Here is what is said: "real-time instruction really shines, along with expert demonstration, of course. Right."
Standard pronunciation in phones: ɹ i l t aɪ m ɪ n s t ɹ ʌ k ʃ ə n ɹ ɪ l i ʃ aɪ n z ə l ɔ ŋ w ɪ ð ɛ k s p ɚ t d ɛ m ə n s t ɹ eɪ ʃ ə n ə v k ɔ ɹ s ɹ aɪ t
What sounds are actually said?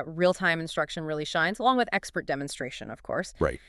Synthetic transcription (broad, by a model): ɹ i l t aɪ m ɪ n s t ɹ ʌ k ʃ ə n ɹ ɪ l i ʃ aɪ n z ə l ɔ ŋ w ɪ ð ɛ k s p ɚ t d ɛ m ə n s t ɹ eɪ ʃ ə n ə v k ɔ ɹ s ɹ aɪ t